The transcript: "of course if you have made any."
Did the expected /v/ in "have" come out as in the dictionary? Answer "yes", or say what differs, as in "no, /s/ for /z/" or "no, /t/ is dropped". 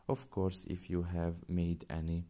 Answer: yes